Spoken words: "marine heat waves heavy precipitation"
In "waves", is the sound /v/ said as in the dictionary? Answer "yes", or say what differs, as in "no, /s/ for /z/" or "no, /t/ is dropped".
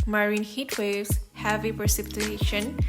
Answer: no, /v/ is dropped